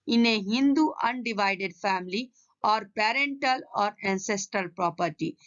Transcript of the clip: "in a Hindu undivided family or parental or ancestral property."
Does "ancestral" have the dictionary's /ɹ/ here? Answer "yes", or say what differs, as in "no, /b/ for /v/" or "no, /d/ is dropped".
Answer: yes